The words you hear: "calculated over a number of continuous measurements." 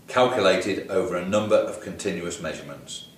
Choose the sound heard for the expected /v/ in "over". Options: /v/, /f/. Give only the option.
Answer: /v/